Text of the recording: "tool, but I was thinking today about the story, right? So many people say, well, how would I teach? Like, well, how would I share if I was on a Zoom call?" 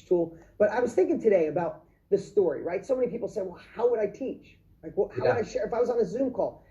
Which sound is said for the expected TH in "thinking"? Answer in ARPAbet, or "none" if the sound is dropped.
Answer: TH